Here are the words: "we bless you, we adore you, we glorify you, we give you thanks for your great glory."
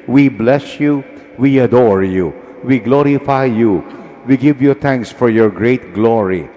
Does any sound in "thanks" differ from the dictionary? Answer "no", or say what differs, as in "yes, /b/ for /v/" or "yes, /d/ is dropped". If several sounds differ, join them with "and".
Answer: yes, /t/ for /θ/